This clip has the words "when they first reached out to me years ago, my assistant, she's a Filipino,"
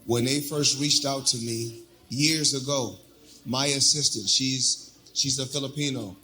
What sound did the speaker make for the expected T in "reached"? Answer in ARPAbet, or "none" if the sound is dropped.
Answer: T